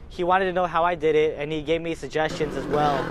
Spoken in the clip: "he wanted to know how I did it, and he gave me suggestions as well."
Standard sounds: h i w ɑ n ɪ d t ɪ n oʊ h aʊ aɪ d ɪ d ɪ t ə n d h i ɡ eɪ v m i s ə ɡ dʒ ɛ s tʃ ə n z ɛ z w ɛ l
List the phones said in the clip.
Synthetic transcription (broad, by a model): h i w ɑ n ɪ d t ɪ n oʊ h aʊ aɪ d ɪ d ɪ t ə n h i ɡ eɪ v m i s ə ɡ dʒ ɛ s tʃ ə n z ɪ z w ɛ l